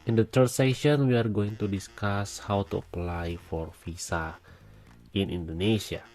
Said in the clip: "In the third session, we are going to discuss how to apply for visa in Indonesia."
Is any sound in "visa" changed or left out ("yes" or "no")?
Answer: yes